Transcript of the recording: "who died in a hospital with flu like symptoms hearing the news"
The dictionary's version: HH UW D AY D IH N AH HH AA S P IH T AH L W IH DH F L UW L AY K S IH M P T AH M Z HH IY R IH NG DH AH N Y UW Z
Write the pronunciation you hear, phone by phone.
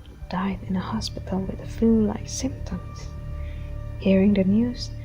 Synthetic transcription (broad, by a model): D AY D IH N AH HH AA S P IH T L W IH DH F UW L AY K S IH M P T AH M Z HH IY R IH NG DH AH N Y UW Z